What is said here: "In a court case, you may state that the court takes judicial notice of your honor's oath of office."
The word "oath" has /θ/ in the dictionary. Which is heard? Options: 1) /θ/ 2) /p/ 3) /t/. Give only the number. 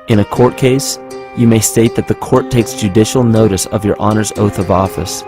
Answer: 1